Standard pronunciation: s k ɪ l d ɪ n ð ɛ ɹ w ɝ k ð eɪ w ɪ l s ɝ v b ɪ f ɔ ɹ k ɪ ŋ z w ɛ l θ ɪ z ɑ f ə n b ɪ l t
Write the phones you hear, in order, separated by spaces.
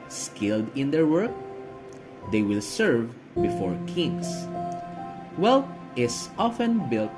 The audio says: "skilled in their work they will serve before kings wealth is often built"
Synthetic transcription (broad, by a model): s k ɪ l d ɪ n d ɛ ɹ w ɝ k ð eɪ w ɪ l s ɝ v b ɪ f ɔ ɹ k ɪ ŋ s w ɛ l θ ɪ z ɑ f ə n b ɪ l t